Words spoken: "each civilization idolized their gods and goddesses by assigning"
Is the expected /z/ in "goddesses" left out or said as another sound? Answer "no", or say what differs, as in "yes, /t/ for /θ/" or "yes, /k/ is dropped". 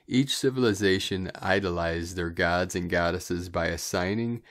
no